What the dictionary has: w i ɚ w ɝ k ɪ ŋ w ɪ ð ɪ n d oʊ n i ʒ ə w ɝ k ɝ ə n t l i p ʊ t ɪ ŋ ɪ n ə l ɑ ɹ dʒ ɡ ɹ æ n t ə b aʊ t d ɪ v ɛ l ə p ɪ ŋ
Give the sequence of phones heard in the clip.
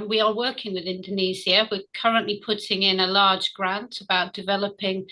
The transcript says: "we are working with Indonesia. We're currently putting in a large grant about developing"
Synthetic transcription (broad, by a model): w i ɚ w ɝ k ɪ ŋ w ɪ ð ɪ n d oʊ n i z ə w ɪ k ɝ ə n t l i p ʊ t ɪ ŋ ɪ n ə l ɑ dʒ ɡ ɹ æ n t ə b aʊ t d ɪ v ɛ l ə p ɪ ŋ